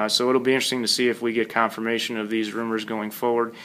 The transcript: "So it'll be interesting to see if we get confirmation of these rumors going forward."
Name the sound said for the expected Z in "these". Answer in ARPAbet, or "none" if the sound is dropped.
Z